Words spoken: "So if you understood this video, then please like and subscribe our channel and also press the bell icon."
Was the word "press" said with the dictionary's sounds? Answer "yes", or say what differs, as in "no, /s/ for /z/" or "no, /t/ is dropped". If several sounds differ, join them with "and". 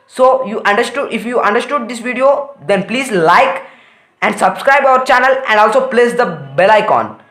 no, /l/ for /ɹ/